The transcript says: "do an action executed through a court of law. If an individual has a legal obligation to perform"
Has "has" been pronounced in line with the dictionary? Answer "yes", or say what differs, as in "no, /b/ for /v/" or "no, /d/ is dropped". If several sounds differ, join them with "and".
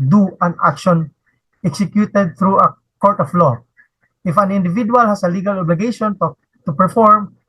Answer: no, /s/ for /z/